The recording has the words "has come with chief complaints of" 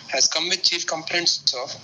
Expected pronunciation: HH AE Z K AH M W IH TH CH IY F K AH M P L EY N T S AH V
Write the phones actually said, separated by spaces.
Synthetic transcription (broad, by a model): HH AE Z K AH M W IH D CH IY F K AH M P N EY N S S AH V